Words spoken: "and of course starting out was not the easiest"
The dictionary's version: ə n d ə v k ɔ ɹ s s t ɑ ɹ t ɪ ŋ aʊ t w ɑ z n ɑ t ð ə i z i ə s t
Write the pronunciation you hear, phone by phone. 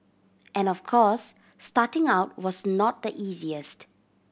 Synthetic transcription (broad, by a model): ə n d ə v k ɔ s s t ɑ t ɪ ŋ aʊ t w ɑ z n ɑ t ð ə i z i ə s t